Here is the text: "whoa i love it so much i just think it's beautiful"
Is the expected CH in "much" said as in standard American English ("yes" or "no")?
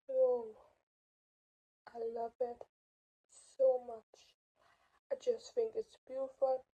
yes